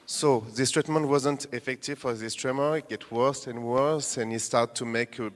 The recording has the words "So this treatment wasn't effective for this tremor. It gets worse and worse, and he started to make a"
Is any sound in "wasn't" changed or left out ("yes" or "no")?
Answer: no